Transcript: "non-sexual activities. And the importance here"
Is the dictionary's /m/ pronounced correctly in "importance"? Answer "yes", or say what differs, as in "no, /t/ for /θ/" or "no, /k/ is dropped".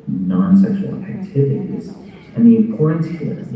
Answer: no, /m/ is dropped